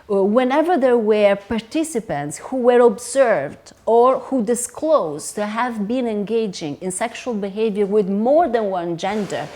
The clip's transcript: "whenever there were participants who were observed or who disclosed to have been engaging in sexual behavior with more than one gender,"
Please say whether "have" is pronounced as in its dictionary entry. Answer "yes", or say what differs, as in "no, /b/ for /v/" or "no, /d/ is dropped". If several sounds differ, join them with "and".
yes